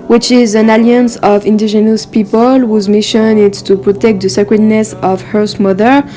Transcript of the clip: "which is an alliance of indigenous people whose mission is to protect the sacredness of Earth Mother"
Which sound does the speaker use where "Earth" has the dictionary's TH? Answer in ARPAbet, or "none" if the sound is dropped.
S